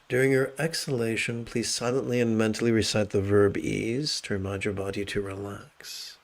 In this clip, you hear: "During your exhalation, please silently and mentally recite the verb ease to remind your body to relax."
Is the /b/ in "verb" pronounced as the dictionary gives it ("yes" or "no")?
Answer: yes